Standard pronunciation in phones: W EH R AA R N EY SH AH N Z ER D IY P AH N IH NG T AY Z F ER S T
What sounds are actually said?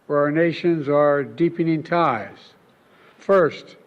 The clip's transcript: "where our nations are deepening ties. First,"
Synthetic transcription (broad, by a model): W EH R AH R N EY SH AH N Z ER D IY P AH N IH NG T AY Z F ER S T